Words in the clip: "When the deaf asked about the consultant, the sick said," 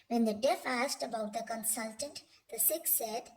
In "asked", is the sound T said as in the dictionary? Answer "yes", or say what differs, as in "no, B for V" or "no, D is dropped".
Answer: yes